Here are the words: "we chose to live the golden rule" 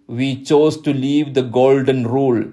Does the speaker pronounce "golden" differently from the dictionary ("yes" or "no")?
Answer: no